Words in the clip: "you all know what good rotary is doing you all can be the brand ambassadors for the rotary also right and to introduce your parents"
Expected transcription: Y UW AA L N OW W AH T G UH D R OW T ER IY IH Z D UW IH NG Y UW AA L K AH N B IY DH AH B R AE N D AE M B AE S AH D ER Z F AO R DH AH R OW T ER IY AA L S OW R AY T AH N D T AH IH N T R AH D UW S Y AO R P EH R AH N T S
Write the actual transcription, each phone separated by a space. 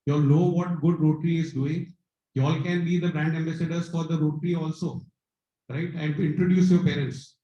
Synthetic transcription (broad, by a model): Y AA L N OW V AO T G UH D R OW T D IY IH Z D UW IH NG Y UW AA L K AH N B IY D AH B R AE N D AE M B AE S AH D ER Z F AO R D AH R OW T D IY AA L S OW R AY T AH N D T IH N T R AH D UW S Y AO R P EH R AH N T S